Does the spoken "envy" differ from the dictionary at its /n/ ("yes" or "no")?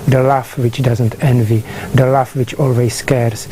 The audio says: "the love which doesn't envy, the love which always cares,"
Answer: no